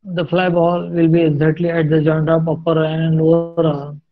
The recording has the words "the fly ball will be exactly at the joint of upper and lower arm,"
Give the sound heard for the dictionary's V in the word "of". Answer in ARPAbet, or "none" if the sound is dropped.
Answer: P